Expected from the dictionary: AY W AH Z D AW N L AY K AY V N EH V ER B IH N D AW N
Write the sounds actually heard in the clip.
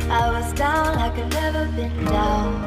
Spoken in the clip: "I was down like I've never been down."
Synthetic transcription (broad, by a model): AY W AH Z D AW N AY K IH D N EH V ER B IH N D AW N